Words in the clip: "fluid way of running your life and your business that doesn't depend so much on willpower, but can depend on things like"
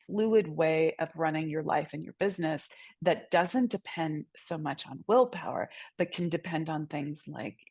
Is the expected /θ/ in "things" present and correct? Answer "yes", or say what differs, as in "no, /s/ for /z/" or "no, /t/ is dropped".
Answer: yes